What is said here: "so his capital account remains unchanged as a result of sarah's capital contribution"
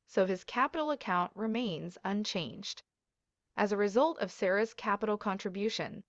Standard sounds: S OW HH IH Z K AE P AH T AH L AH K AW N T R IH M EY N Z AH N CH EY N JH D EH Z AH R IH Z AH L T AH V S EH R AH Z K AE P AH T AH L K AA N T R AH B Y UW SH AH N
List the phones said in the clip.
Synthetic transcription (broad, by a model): S OW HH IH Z K AE P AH T L AH K AW N T R IH M EY N Z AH N CH EY N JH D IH Z AH R IH Z AH L T AH V S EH R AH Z K AE P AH T L K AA N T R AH B Y UW SH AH N